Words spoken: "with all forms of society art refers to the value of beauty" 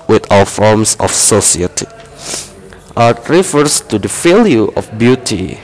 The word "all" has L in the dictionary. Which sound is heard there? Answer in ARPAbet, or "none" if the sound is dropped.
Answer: W